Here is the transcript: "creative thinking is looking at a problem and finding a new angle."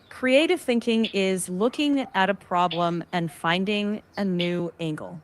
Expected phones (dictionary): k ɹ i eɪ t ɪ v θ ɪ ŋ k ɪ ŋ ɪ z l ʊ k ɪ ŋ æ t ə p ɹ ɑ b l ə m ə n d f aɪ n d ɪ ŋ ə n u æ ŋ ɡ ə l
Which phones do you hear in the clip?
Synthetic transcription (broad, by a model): k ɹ i eɪ t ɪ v θ ɪ ŋ k ɪ ŋ ɪ z l ʊ k ɪ ŋ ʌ t ə p ɹ ɑ b l ə m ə n f aɪ n d ɪ ŋ ə n u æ ŋ ɡ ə l